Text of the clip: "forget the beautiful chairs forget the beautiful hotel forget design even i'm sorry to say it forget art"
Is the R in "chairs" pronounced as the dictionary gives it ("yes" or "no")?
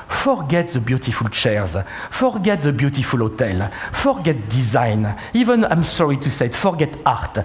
yes